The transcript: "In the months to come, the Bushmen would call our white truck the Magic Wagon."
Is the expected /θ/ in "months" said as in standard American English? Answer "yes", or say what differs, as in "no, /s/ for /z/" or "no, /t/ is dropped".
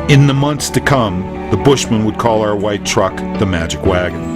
yes